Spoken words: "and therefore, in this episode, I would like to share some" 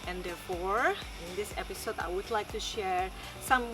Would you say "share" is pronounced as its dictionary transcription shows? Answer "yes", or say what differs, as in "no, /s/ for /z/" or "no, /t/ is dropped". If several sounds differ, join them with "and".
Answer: yes